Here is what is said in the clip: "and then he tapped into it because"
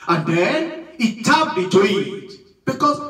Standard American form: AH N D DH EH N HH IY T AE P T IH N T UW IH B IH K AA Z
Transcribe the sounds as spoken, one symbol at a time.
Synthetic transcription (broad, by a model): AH N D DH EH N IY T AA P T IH T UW IH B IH K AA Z